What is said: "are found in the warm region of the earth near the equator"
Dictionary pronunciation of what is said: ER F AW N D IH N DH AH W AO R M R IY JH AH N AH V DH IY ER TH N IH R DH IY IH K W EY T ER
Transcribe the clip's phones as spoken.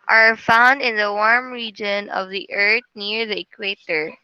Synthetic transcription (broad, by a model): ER F AW N D IH N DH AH W AO R M R IY JH AH N AH V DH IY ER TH N IH R DH IY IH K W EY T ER